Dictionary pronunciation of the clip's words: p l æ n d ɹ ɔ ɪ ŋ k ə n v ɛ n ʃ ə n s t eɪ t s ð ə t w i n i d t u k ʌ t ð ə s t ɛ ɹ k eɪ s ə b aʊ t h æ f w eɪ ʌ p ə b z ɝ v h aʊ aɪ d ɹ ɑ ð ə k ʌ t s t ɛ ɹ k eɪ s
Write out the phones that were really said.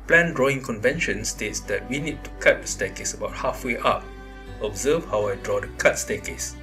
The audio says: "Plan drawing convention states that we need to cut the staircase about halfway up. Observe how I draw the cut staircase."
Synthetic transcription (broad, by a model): p l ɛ n d ɹ ɔ ɪ ŋ k ə n v ɛ n ʃ ə n s t eɪ t s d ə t w i n i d t u k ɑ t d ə s t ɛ k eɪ s ə b aʊ t h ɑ f w eɪ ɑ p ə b z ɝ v h aʊ aɪ d ɹ ɑ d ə k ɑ t s t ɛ k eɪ s